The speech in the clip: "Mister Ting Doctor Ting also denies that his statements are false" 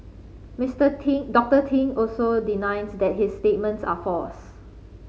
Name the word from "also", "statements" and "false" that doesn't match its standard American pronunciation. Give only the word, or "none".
false